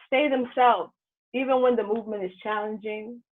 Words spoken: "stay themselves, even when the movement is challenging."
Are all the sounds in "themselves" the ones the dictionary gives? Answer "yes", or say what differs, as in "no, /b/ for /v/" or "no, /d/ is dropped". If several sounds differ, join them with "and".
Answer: yes